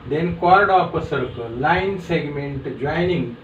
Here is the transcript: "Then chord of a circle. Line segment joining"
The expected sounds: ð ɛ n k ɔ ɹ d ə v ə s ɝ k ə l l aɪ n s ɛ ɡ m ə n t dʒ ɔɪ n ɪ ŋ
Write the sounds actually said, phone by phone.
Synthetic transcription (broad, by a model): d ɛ n k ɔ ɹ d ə p ə s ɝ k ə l l aɪ n s ɛ ɡ m ə n t dʒ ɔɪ n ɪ ŋ